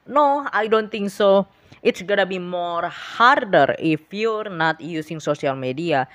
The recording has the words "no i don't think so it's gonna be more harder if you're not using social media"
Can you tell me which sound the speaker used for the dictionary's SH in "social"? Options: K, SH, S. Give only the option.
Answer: S